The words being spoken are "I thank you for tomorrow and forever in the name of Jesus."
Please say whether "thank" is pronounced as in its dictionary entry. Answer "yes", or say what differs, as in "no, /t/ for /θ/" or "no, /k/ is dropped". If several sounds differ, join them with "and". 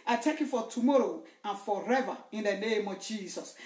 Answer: no, /t/ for /θ/ and /ŋ/ is dropped